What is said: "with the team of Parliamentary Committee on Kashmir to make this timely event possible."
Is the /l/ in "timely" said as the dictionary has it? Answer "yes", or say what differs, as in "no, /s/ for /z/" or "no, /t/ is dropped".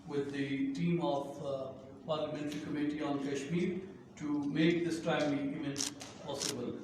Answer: no, /l/ is dropped